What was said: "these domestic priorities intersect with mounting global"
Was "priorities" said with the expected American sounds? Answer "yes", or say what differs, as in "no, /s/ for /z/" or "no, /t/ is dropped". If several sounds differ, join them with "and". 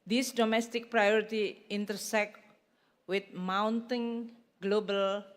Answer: no, /z/ is dropped